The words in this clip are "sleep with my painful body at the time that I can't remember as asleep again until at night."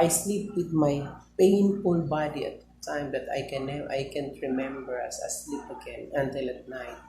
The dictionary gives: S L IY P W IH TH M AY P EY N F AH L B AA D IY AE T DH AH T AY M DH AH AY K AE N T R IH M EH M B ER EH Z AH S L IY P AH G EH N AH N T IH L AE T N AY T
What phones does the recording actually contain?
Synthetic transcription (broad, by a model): S L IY P W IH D M AY P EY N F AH N B AA D IY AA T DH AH T AY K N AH AY K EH N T R IH M EH M B ER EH S AH S L IY P AH G EH N AH N T IH L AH T N AY T